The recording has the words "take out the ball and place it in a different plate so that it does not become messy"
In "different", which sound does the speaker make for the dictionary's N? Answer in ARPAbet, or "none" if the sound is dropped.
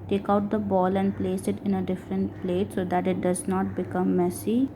N